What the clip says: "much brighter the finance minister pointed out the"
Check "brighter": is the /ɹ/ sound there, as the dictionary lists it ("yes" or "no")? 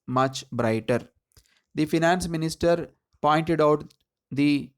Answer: yes